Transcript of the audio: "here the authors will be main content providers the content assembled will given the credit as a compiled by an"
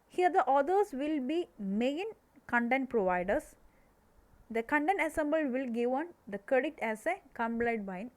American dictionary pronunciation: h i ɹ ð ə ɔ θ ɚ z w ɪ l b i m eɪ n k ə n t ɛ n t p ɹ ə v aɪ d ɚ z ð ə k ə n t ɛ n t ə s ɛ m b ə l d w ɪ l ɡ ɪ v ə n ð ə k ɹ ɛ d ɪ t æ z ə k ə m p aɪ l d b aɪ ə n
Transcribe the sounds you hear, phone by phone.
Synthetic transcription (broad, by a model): h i ɹ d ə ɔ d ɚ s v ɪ l b i m eɪ n k ə n t ɛ n t p ɹ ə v aɪ d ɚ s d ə k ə n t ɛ n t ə s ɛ m b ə l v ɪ l ɡ ɪ v ə n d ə k ɹ ɛ d ɪ t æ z ə k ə m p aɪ d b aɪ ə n